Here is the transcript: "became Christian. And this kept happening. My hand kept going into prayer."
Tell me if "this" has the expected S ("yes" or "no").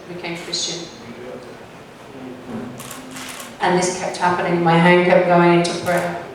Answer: yes